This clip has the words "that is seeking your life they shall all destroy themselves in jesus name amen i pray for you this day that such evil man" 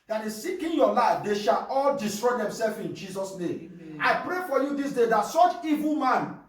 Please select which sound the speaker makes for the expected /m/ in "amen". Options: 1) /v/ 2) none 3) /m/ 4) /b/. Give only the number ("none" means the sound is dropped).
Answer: 2